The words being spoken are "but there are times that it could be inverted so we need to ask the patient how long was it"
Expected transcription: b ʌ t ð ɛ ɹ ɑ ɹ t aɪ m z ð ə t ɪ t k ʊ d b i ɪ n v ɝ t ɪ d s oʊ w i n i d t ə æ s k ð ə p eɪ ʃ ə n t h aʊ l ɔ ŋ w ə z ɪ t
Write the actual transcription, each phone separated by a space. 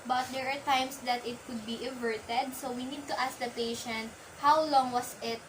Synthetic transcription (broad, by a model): b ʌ t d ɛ ɹ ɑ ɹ t aɪ m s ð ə t ɪ t k ʊ d b i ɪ v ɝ t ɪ d s oʊ w i n i d t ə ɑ s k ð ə p eɪ ʃ ə n t h aʊ l ɔ ŋ w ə s ɪ t